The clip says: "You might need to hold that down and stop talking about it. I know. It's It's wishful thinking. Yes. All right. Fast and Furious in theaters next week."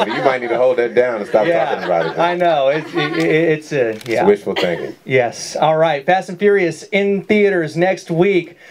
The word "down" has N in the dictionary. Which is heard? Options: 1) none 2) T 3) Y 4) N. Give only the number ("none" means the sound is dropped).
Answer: 1